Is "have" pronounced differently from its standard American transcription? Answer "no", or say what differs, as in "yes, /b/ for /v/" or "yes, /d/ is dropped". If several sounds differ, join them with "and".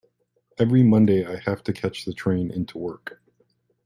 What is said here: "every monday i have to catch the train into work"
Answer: yes, /f/ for /v/